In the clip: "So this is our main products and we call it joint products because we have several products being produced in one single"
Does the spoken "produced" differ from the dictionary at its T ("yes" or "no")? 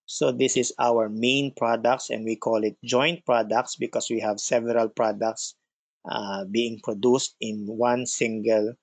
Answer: no